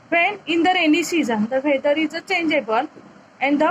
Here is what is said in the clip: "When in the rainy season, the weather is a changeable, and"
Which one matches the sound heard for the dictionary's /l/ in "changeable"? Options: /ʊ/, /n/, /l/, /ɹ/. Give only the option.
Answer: /n/